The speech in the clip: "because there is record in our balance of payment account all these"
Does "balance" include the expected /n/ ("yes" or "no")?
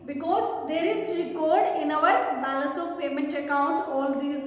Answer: no